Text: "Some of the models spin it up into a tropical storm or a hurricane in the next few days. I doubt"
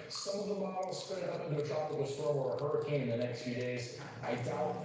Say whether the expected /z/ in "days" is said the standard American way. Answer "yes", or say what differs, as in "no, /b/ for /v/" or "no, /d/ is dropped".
yes